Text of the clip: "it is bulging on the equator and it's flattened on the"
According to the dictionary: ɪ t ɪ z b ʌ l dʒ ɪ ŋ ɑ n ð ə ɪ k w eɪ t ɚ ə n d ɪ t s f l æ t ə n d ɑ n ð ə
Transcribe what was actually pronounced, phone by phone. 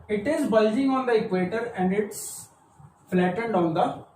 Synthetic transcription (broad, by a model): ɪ t ɪ z b ʌ l dʒ ɪ ŋ ɑ n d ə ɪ k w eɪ t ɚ ə n d ɪ t s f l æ t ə n d ɑ n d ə